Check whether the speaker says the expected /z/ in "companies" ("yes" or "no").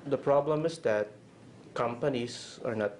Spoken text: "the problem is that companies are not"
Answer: no